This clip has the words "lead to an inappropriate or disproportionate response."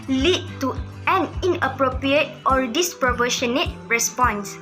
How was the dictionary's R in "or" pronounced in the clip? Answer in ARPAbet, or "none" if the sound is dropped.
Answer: R